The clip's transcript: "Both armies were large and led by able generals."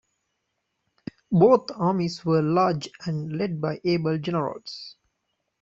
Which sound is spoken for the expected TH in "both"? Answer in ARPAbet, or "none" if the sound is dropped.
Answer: T